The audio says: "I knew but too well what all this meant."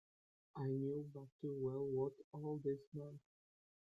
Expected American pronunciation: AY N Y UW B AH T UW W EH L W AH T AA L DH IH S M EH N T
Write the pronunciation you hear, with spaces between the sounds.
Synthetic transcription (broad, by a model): AY N Y UW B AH T UW W EH L W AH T AA L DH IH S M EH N